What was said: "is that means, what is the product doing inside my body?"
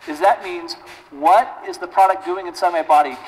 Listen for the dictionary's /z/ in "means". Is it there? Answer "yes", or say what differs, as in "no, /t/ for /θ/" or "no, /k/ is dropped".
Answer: yes